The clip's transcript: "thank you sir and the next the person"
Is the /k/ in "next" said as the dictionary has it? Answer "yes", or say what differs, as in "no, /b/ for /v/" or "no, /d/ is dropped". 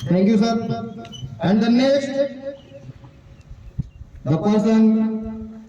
no, /k/ is dropped